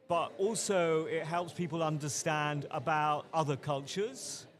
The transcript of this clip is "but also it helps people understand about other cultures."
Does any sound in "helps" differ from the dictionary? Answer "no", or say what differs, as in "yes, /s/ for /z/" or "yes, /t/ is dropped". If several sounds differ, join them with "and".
no